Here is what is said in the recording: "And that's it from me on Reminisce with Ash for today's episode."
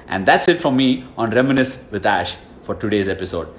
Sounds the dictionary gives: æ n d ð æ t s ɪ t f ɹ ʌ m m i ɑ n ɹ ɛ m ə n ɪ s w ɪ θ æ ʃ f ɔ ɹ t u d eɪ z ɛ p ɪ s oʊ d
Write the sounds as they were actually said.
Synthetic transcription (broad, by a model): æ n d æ t s ɪ t f ɹ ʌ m m i ɑ n ɹ ɛ m ə n ɪ s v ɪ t æ ʃ f ɔ ɹ t u d eɪ z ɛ p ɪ s oʊ d